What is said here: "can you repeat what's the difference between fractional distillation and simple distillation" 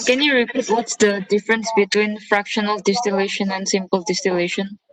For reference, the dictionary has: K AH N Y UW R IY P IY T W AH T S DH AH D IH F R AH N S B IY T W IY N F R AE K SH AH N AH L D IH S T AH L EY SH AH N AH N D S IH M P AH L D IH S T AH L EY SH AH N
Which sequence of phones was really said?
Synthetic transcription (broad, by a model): K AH N Y UW R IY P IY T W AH T S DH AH D IH F R AH N S B IY T W IY N F R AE K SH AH N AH L D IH S T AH L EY SH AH N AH N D S IH M P AH L D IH S T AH L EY SH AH N